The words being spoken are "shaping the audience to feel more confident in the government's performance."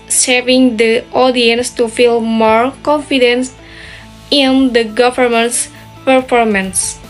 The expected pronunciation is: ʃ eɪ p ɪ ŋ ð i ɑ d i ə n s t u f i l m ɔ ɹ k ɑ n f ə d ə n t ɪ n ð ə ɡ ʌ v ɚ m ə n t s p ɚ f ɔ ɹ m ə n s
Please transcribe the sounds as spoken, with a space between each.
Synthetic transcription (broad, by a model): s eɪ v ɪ ŋ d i ɑ d i ə n s t u f i l m ɔ ɹ k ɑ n f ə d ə n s ɪ n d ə ɡ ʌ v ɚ m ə n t s p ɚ f ɔ ɹ m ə n s